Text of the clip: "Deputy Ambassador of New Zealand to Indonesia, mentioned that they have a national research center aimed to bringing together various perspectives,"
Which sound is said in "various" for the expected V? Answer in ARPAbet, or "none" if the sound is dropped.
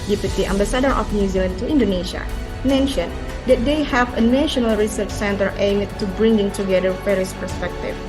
F